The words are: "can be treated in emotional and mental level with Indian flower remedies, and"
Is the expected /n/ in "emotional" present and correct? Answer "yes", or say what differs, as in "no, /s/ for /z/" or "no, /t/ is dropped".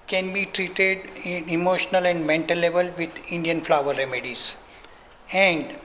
yes